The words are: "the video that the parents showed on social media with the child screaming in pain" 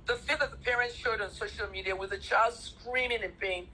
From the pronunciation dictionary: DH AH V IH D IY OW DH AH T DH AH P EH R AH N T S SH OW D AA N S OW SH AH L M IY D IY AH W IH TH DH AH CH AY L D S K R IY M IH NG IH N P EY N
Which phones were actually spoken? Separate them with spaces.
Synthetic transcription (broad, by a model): DH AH F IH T DH AH T DH AH P EH R AH N T S SH OW D N S OW SH L M IY D IY AH W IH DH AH CH AY L D S K R IY M IH NG IH N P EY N